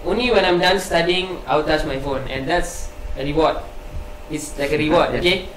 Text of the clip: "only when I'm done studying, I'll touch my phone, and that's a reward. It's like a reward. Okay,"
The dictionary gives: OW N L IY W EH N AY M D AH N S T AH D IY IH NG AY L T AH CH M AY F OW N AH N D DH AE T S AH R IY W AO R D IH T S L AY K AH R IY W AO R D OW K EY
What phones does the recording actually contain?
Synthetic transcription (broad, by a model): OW N L IY W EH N AY M D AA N S T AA D IY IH NG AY W T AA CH M AY F OW N AH N D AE T S AH R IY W AO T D IH T S L AY K AH R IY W AO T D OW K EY